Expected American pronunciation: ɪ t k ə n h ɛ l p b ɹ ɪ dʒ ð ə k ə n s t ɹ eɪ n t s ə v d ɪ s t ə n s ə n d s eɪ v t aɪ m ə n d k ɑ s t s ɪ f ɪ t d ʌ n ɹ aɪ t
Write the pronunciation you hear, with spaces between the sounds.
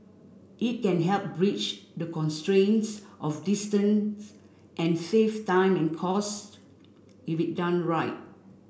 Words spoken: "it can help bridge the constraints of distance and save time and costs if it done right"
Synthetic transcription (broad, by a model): ɪ t k ə n h ɛ l p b ɹ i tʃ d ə k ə n s t ɹ eɪ n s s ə f d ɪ s t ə n s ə n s eɪ f t aɪ m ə n k ɑ s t ɪ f ɪ t d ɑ n ɹ aɪ t